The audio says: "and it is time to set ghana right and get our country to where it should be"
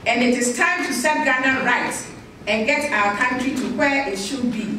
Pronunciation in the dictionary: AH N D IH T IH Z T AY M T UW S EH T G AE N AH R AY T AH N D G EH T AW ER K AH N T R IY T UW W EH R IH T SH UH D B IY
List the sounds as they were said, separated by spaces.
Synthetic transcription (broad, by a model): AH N IH T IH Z T AY M T UW S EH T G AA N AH R AY T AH N G EH T AW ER K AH N T R IY T UW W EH IH T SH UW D B IY